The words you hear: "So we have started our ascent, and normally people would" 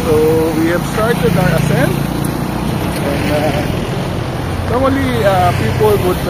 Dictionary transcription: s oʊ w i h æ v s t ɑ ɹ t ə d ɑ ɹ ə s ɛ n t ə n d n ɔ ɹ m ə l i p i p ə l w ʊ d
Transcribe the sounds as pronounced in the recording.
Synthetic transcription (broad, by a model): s oʊ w i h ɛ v s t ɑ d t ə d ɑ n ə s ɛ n ə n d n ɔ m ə l i p i p ə l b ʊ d